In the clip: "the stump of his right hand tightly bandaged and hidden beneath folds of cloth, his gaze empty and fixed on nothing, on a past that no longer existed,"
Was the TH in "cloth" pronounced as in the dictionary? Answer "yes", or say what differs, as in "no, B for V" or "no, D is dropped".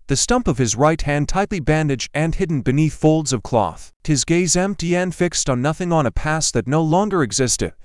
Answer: yes